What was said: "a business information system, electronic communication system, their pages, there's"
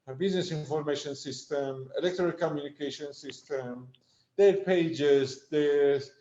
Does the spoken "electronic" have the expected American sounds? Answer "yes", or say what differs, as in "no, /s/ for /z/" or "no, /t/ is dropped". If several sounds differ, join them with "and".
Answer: no, /ɹ/ is dropped